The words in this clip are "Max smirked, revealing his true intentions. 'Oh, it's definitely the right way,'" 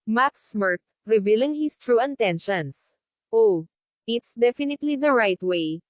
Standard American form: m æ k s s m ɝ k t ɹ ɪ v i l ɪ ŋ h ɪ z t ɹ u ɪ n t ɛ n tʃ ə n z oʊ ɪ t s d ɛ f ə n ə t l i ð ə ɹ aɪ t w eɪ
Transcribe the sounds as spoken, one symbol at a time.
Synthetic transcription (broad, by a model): m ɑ k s s m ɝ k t ɹ ɪ v i l ɪ ŋ h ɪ s t ɹ u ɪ n t ɛ n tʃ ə n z oʊ ɪ t s d ɛ f ə n ə t l i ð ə ɹ aɪ t w eɪ